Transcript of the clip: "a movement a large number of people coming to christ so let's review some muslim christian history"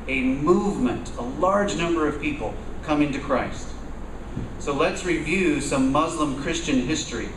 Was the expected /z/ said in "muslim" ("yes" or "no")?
yes